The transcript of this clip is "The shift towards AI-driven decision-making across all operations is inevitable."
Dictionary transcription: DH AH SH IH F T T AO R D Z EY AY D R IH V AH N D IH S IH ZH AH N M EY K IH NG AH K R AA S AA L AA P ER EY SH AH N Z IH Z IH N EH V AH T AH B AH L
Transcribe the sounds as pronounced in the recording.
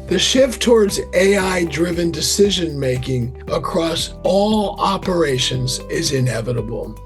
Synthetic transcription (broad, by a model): DH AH SH IH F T T AO R D Z EY AY D R IH V AH N D IH S IH ZH AH N M EY K IH NG AH K R AA S AA L AA P ER EY SH AH N Z IH Z IH N EH V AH T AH B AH L